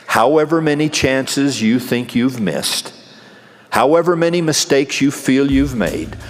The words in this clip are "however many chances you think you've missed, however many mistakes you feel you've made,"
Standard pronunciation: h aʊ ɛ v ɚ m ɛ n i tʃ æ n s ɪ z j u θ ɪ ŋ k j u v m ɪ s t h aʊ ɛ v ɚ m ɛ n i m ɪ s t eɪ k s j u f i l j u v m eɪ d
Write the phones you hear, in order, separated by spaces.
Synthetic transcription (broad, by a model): h aʊ ɛ v ɚ m ɛ n i tʃ æ n s ɪ z j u θ ɪ ŋ k j u v m ɪ s t h aʊ ɛ v ɚ m ɛ n i m ɪ s t eɪ k s j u f i l j u v m eɪ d